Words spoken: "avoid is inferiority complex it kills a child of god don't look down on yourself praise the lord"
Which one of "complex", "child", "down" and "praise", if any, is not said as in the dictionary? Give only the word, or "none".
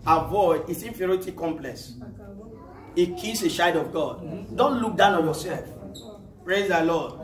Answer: child